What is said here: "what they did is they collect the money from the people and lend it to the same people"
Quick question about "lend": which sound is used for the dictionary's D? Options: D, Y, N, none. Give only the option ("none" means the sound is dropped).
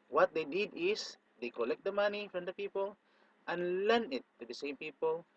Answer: none